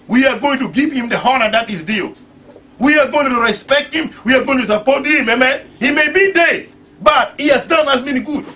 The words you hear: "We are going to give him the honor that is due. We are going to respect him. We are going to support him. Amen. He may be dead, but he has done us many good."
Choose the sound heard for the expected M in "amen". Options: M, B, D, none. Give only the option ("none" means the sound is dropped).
M